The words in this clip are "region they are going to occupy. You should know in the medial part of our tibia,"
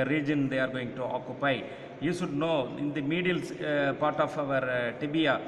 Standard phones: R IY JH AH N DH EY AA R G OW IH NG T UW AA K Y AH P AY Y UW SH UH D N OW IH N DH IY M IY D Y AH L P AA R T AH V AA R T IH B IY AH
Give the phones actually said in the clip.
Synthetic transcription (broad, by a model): R IY JH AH N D EY AA R G OW IH NG T UW AA K Y AH P AY Y UW SH UH D N OW IH N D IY M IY D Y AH L P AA R T AH V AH R T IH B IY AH